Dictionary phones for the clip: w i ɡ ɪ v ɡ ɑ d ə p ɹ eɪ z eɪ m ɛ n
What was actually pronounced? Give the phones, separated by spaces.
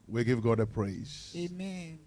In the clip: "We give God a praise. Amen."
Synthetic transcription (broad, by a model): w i ɡ ɪ v ɡ ɑ d ə p ɹ eɪ z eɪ m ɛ n